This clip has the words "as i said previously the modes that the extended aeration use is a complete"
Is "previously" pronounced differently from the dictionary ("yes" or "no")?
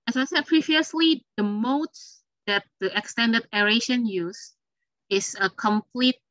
no